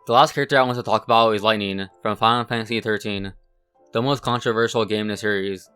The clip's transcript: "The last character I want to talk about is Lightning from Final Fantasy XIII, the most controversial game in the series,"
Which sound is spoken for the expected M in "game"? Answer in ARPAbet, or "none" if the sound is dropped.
none